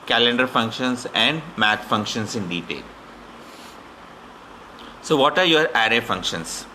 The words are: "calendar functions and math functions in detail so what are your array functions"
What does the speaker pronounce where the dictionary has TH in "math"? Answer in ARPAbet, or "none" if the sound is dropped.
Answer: T